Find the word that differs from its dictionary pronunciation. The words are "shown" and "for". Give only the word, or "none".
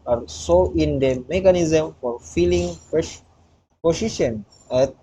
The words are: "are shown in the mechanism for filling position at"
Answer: shown